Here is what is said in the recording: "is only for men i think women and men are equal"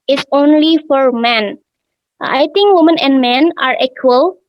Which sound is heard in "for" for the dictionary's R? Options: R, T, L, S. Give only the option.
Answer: R